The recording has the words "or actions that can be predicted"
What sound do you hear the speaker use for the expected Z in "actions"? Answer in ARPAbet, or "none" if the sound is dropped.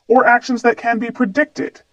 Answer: Z